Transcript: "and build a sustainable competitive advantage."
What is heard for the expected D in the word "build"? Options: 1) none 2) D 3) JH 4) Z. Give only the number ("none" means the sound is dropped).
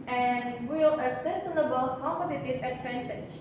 1